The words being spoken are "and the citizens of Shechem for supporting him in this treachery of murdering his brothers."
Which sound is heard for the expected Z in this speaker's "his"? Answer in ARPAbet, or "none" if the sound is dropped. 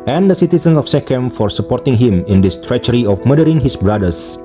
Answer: S